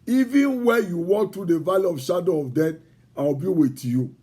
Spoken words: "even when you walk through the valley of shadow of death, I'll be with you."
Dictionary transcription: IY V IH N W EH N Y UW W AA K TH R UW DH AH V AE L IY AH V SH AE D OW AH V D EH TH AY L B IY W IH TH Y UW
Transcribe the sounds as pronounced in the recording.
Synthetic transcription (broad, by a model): IY V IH N W EH N Y UW W AA K T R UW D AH V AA L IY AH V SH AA D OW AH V D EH T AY W B IY W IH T Y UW